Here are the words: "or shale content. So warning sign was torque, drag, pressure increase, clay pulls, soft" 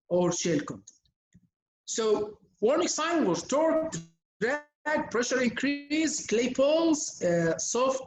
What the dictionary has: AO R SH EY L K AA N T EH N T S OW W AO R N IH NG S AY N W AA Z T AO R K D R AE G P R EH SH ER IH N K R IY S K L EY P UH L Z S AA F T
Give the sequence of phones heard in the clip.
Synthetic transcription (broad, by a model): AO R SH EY L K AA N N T S OW W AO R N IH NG S AY N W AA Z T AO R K D R AE G P R EH SH ER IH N K R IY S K L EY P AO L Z S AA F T